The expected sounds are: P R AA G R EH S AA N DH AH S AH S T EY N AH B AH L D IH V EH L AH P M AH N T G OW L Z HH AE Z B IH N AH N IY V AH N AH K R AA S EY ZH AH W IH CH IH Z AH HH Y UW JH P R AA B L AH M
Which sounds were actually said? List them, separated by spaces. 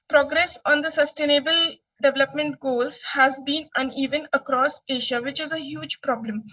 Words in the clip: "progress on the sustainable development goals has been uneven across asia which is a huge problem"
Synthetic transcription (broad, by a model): P R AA G R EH S AA N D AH S AH S T EY N AH B AH L D IH V EH L AH P M AH N T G OW L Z HH AE Z B IH N AH N IY V AH N AH K R AA S EY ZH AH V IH CH IH Z AH HH Y UW JH P R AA B L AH M